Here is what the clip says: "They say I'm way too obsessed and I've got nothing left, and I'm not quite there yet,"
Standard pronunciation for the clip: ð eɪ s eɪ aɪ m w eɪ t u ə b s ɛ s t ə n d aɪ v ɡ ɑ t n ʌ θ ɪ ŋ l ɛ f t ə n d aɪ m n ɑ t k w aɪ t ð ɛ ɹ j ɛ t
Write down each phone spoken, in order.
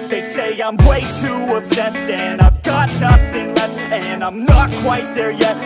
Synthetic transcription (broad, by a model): ð eɪ s eɪ aɪ m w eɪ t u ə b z ɛ s t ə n aɪ v ɡ ɑ t n ʌ θ ɪ ŋ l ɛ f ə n aɪ m n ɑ t k w aɪ t ð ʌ ɹ j ɛ t